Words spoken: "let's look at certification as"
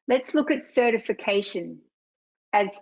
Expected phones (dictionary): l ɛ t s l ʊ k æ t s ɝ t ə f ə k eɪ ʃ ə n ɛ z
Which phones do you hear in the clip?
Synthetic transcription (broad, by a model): l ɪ t s l ʊ k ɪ t s ɝ t ə f ə k eɪ ʃ ə n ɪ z